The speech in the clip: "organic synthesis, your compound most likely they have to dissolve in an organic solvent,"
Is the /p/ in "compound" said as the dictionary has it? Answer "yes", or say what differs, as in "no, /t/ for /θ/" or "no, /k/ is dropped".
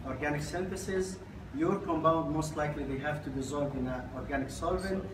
no, /b/ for /p/